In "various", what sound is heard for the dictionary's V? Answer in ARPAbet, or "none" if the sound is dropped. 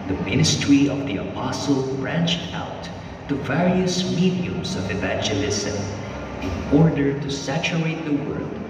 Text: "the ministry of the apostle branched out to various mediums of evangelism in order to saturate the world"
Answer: V